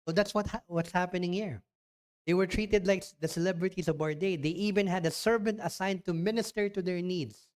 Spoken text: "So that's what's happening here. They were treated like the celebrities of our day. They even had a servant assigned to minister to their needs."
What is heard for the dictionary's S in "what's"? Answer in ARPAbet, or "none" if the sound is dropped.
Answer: S